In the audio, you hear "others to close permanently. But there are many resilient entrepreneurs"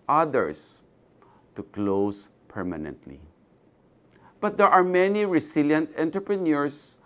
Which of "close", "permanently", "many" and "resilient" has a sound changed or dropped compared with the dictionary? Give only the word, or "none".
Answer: resilient